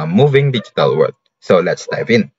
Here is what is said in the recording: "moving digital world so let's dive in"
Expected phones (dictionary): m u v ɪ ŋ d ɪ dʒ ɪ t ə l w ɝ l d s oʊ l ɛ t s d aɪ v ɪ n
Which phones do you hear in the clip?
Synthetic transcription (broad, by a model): m u v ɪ ŋ d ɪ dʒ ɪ t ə l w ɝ d s oʊ l ɛ t s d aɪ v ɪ n